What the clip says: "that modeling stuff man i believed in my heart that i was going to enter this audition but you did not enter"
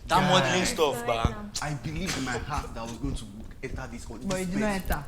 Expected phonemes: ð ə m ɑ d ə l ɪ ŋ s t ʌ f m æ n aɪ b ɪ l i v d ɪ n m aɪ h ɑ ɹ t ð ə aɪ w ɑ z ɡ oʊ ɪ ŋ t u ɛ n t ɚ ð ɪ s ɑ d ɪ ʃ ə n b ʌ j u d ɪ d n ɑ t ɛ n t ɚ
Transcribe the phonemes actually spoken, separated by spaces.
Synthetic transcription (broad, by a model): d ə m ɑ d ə ɪ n s t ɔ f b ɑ aɪ b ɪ l i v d ɪ n m aɪ h ɑ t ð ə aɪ w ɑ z ɡ oʊ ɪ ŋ t u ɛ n t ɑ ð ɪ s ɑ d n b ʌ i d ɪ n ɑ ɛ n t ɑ